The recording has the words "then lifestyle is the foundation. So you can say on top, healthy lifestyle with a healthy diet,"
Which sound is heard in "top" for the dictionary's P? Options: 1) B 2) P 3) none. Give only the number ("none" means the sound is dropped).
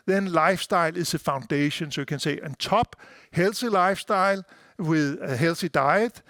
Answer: 1